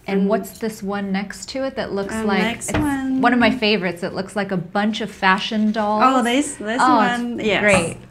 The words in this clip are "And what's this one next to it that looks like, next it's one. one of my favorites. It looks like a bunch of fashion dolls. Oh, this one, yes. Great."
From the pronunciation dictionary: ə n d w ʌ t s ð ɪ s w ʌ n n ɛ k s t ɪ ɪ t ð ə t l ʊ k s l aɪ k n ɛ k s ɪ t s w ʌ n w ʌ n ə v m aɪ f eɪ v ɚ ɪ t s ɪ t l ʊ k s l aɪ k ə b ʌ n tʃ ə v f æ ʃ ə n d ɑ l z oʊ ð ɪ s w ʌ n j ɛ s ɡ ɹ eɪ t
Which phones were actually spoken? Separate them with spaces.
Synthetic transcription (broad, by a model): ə n w ʌ t s ð ɪ s w ʌ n n ɛ k s t ɪ ɪ t ð ə t l ʊ k s l aɪ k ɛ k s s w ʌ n w ʌ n ə v m aɪ f eɪ v ɚ ɪ t s ɪ t l ʊ k s l aɪ k ə b ʌ n tʃ ə v f æ ʃ ə n d ɑ l oʊ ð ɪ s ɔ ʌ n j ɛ ɡ ɹ eɪ t